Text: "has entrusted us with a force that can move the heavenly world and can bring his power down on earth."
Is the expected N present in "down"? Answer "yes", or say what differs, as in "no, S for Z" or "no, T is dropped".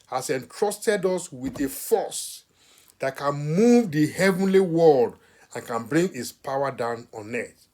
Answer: yes